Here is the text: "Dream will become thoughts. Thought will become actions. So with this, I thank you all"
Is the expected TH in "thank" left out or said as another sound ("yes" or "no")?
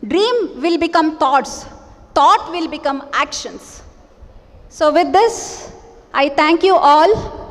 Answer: yes